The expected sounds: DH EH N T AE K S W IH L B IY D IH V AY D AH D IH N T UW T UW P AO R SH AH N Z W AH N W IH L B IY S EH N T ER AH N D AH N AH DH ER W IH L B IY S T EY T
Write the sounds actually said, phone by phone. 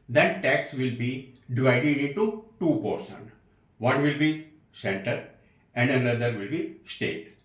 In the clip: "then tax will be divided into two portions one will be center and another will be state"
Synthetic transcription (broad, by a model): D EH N T AE K S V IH L B IY D IH V AY D AH D IH N T UW T UW P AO R S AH N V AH N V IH L B IY S EH N T ER AH N D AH N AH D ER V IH L B IY S T EY T